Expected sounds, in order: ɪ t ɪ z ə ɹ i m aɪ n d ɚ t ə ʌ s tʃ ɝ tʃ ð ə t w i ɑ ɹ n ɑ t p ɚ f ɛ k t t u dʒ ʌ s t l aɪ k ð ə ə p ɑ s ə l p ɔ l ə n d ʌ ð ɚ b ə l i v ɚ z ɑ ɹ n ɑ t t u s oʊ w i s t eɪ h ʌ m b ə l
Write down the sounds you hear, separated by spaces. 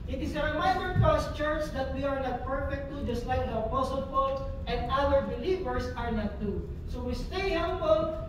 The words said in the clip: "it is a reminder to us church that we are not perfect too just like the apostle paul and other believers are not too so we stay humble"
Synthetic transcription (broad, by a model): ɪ t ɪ s ə ɹ i m aɪ n d ɚ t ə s tʃ ɝ tʃ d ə t w i ɑ ɹ n ɑ t p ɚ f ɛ k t t u dʒ ʌ s t l aɪ k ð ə ə p ɑ s ə l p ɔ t ə n d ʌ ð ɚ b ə l i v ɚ s ɑ ɹ n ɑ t t u s oʊ w i s t eɪ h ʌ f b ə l